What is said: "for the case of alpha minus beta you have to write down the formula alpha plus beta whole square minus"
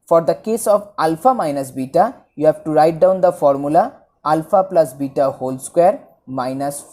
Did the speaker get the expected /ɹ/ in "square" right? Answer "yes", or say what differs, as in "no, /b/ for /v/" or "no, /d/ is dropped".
yes